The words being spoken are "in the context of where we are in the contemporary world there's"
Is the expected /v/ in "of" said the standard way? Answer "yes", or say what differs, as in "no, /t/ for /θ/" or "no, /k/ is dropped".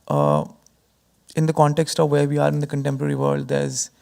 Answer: yes